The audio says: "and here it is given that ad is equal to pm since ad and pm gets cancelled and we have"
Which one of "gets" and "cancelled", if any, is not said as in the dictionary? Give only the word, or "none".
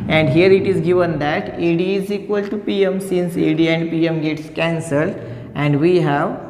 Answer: none